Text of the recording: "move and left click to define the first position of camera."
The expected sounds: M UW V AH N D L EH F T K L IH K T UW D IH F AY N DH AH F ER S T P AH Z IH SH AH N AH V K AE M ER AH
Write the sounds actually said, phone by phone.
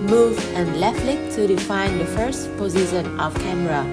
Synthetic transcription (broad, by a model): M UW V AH N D L EH F T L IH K T UW D IH F AY N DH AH F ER S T P AH Z IH SH AH N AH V K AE M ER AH